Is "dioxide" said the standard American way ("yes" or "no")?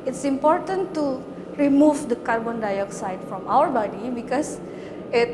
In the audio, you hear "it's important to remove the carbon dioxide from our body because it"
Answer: yes